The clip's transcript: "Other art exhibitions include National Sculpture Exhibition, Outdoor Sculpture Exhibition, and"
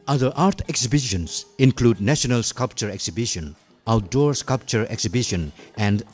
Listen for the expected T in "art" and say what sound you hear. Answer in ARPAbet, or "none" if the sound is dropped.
T